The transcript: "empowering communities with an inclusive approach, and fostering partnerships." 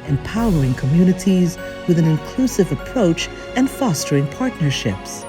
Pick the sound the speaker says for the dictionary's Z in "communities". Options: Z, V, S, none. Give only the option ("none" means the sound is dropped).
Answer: Z